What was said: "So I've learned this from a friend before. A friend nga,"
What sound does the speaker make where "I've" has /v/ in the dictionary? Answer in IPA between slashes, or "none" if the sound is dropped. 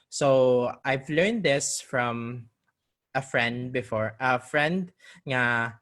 /v/